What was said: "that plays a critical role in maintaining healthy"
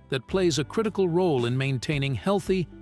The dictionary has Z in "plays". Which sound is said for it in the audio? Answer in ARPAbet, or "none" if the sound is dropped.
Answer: Z